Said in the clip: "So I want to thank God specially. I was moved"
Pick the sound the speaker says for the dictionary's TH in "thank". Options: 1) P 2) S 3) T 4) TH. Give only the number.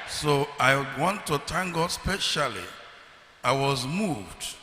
3